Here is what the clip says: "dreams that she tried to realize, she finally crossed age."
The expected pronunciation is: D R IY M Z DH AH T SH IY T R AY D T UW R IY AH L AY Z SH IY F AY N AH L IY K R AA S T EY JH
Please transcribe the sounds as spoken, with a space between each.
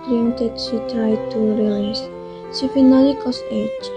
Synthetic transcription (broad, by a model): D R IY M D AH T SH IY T AY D T UW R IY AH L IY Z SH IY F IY N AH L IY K AA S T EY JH